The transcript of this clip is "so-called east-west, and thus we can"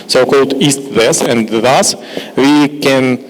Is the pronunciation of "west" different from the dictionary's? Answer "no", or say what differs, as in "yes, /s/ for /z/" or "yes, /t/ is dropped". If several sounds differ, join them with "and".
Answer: yes, /t/ is dropped